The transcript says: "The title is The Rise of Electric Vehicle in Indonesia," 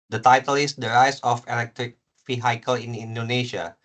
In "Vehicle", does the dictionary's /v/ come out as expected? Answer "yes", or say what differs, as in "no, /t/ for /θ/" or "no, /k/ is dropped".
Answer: no, /f/ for /v/